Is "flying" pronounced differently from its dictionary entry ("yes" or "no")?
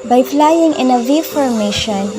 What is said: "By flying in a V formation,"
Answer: yes